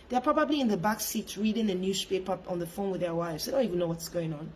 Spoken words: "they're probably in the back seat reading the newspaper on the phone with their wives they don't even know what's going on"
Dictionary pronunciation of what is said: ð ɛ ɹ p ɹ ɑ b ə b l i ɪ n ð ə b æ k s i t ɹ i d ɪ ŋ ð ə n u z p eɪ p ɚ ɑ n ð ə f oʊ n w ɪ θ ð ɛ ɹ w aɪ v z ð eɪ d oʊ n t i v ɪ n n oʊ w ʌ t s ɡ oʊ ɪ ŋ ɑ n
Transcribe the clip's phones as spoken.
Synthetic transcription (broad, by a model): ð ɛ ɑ p ɹ ɑ b ə b l i ɪ n ð ə b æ k s i t ɹ i d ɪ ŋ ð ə n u s p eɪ p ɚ ɑ n ð ə f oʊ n w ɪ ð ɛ w aɪ v z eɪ d oʊ n t i v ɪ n n oʊ w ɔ t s ɡ oʊ ɪ ŋ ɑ n